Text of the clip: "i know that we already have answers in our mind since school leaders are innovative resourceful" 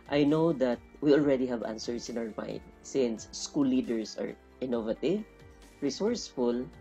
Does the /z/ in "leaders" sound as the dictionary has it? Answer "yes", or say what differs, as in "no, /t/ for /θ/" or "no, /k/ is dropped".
no, /s/ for /z/